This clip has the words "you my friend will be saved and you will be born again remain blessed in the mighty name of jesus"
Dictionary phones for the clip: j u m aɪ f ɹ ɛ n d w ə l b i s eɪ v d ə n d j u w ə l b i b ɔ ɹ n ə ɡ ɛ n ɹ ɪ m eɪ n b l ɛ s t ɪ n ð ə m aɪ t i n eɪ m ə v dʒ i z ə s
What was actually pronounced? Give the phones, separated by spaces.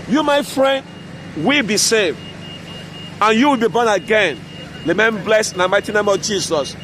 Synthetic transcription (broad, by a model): j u m aɪ f ɹ ɛ n d w ə l b i s eɪ v d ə n j u w ə l b i b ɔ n ə ɡ ɛ n l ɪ m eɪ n b l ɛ s ɪ n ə m aɪ t i n eɪ m ə v dʒ i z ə s